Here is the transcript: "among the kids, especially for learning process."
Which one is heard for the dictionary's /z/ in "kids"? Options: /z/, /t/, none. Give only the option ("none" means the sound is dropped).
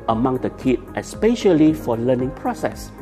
none